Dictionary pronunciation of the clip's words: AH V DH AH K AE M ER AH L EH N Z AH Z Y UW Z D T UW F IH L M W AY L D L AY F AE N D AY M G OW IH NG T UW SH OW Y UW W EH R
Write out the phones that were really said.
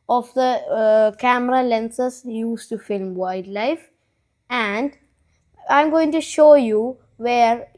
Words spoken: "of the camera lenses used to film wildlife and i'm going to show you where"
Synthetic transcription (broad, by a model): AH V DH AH K AE M ER AH L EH N S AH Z Y UW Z T UW F IH L M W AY D L AY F AE N D AY M G OW IH NG T UW SH OW Y UW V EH R